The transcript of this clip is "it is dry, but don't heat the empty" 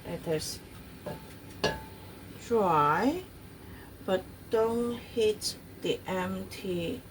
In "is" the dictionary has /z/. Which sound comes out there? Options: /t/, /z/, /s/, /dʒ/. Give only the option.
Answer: /s/